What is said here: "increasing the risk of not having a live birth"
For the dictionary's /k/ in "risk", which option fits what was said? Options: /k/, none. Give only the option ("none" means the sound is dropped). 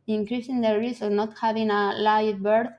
none